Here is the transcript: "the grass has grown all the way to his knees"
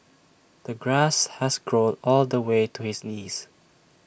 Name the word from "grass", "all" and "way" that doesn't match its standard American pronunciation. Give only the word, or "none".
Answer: none